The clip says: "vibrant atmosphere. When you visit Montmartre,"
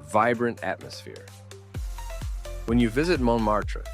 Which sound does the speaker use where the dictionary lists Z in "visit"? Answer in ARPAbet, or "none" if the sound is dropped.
Z